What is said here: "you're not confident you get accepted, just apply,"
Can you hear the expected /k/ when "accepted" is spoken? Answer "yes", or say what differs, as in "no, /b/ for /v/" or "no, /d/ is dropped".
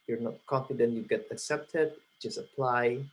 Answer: yes